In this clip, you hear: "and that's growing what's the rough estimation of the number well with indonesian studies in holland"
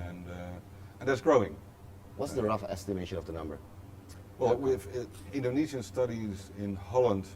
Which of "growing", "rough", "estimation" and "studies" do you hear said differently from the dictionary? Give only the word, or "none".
none